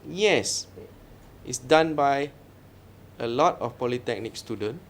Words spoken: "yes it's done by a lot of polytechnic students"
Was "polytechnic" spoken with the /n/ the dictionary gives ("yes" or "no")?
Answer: yes